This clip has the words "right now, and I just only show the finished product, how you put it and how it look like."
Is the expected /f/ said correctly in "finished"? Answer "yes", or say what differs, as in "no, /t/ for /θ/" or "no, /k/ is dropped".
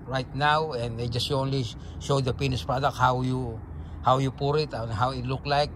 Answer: no, /p/ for /f/